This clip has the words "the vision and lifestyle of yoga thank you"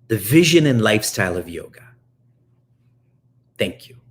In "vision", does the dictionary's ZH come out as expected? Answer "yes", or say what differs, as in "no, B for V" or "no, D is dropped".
yes